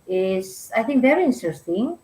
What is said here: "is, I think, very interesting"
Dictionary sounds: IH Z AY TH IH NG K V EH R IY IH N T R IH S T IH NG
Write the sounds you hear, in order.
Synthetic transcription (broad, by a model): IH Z AY TH IH NG K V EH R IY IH N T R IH S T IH NG